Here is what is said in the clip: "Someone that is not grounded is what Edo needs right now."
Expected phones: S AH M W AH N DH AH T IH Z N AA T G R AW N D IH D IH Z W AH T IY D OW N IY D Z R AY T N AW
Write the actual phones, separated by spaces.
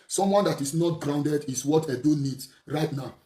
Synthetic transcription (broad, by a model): S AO M W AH N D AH T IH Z N AA T G R AW N D IH D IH S W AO T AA D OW N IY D S R AY T N AW